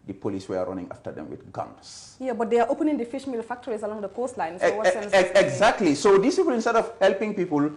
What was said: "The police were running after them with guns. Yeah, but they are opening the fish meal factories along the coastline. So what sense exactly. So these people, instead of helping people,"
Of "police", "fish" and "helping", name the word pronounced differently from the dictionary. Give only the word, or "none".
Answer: none